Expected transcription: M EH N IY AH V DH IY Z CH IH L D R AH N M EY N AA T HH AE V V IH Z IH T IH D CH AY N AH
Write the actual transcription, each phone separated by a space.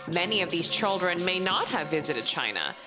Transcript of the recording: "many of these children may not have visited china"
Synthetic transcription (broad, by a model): M EH N IY AH V DH IY Z CH IH L D R AH N M EY N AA T HH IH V V IH Z IH T IH D CH AY N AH